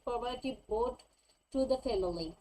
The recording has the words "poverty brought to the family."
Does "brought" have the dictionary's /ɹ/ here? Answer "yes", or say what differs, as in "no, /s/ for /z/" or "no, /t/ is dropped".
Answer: no, /ɹ/ is dropped